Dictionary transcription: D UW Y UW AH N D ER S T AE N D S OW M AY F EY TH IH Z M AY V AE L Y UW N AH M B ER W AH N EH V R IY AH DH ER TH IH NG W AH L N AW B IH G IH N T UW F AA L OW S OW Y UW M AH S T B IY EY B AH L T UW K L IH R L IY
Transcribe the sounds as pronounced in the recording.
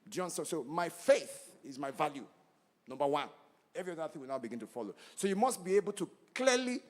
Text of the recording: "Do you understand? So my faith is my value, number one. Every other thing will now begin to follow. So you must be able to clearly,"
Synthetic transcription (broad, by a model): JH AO N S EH S OW M AY F EY TH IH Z M AY V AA L Y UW N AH M B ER W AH N EH V R IY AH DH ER TH IH NG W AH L N AW B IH G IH N T UW F AA L OW S OW Y UW M AH S T B IY EY B AH L T UW K L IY L IY